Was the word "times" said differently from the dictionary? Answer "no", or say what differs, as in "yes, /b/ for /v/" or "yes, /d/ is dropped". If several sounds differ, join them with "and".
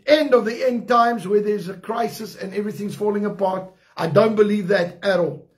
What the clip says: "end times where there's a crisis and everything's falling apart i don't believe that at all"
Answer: no